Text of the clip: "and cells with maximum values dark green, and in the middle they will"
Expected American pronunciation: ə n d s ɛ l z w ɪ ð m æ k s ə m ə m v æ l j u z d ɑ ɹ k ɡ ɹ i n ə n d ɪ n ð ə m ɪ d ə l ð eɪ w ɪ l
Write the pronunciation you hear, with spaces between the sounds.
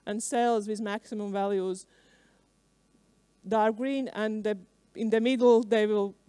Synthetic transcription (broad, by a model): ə n s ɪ l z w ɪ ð m æ k s ə m ə m v æ l j u z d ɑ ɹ ɡ ɹ i n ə n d ɪ n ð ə m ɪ d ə l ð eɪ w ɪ l